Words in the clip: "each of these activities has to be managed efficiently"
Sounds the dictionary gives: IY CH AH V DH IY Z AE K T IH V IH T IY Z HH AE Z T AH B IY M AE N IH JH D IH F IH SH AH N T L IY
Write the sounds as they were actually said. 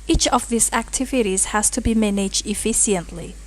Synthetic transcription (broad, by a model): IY CH AH V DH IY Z AE K T IH V IH T IY Z HH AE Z T AH B IY M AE N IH JH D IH F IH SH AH N T L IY